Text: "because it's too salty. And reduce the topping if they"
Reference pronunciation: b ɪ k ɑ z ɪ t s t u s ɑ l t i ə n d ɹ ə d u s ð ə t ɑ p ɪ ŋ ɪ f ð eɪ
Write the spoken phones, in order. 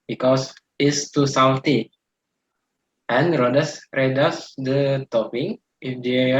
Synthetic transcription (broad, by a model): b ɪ k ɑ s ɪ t s t u s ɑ w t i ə n d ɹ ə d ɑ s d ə t ɑ p ɪ ŋ ɪ f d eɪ